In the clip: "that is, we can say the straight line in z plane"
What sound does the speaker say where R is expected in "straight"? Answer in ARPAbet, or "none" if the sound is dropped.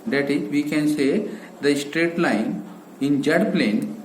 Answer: R